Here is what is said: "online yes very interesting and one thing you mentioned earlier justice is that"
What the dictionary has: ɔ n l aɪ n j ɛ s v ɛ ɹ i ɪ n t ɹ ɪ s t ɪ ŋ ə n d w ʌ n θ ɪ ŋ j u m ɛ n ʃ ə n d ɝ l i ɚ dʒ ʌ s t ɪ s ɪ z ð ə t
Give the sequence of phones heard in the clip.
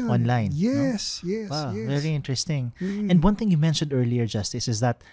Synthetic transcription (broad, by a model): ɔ n l aɪ n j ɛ s v ɛ ɹ i ɪ n t ɹ ɪ s t ɪ ŋ ə n d w ʌ n θ ɪ ŋ j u m ɛ n ʃ ə n d ɝ l i ɚ dʒ ʌ s t ɪ s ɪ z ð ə t